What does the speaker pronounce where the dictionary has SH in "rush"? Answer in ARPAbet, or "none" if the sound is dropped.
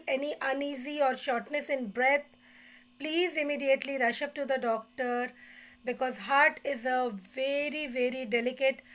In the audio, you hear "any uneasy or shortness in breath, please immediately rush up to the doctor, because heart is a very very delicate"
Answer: SH